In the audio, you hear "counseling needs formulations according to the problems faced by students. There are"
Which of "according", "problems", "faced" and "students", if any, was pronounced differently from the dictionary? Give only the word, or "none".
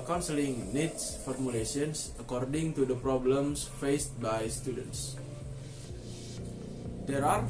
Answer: problems